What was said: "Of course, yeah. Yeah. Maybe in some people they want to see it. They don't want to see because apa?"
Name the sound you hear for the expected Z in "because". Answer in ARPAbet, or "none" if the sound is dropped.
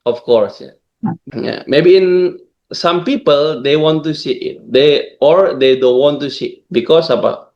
S